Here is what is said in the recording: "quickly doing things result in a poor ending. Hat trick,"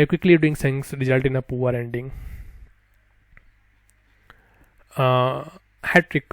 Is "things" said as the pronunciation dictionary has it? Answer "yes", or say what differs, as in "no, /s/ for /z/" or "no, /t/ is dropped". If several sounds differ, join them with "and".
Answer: no, /s/ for /θ/ and /s/ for /z/